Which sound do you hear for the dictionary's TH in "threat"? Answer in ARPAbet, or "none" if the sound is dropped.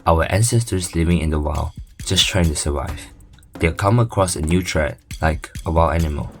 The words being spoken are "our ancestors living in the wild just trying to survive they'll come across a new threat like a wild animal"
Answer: T